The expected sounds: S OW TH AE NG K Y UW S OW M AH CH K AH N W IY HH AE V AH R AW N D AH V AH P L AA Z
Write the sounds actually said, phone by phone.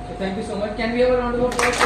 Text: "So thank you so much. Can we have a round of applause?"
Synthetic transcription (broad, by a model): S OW T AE NG K Y UW S OW M AH CH K AH N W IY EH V AH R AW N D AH B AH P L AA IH